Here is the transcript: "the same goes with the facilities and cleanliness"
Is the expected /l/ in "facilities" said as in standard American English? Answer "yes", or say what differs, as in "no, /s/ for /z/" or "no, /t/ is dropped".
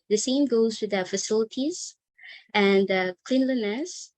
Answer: yes